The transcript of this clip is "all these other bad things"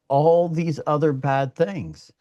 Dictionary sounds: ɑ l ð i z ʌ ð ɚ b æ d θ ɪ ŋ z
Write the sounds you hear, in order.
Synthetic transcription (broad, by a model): ɑ l ð i z ʌ ð ɚ b æ d θ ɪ ŋ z